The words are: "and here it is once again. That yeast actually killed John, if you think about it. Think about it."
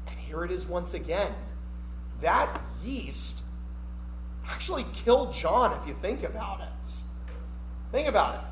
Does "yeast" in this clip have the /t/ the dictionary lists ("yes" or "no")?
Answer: yes